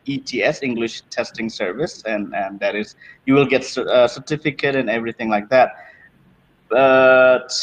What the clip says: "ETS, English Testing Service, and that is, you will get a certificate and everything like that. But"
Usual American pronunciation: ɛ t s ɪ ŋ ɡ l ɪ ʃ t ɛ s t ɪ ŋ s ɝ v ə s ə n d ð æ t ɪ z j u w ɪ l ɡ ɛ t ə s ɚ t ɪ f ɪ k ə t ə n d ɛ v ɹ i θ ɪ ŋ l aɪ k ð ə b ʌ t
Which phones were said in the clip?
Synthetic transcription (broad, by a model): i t s ɪ ŋ ɡ l ɪ ʃ t ɛ s t ɪ ŋ s ɝ v ə s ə n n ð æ t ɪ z j u w ɪ l ɡ ɛ t ə s ɚ t ɪ f ɪ k ə t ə n ɛ v ɹ i θ ɪ ŋ l aɪ k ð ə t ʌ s